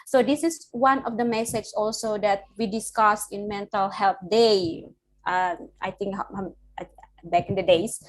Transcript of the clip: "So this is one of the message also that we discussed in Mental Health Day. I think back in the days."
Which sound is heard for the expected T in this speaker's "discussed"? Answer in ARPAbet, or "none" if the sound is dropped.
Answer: none